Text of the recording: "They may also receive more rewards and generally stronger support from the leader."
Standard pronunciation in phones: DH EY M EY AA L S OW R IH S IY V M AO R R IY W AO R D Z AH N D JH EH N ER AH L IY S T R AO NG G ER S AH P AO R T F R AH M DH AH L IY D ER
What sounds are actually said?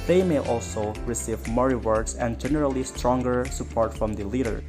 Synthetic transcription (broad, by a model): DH EY M EY AA L S OW R IH S IY V M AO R R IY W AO R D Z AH N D JH EH N ER AH L IY S T R AO NG G ER S AH P AO R T F R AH M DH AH L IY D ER